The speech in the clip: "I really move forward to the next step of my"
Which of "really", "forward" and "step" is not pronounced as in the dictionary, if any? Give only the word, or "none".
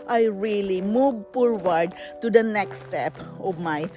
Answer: forward